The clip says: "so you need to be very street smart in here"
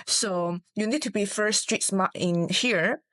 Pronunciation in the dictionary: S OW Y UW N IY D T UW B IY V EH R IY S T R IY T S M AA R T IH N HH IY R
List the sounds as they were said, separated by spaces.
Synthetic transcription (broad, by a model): S OW Y UW N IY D T UW B IY F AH R S T R IY T S M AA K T IH N HH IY R